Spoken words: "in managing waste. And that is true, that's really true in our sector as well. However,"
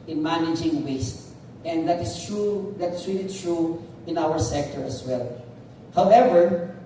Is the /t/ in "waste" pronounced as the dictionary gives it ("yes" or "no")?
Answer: yes